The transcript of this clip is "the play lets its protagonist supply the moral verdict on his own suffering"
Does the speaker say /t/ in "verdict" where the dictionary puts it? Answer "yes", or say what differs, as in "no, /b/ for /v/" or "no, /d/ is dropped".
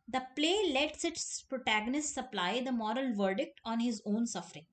yes